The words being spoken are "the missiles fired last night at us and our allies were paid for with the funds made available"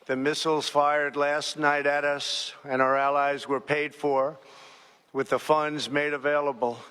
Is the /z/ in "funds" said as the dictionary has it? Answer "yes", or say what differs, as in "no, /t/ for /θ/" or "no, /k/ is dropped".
yes